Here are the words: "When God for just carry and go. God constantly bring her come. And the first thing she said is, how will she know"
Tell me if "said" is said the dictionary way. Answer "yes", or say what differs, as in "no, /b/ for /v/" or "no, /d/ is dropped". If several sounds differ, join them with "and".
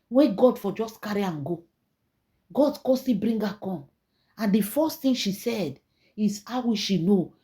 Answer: yes